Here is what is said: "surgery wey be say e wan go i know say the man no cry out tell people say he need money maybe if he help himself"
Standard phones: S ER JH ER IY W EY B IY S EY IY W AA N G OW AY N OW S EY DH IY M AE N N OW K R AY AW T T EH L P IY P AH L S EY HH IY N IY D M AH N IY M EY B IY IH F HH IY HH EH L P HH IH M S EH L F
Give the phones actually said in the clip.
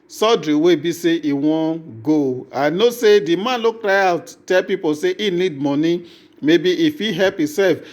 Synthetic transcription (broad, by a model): S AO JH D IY W EY B IY S EY IY W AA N G OW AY N OW S EY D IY M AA N L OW K R AY AW T T EH L P IY P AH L S EY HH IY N IY D M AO N IY M EY B IY IH F IY HH EH L P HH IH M S EH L F